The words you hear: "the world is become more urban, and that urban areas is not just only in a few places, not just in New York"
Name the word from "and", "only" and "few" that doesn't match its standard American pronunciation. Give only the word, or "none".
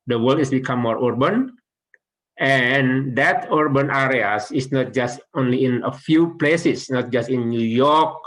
none